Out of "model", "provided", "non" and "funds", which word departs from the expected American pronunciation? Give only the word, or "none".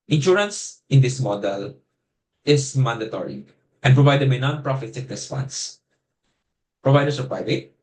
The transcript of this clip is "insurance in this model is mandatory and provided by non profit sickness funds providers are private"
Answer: funds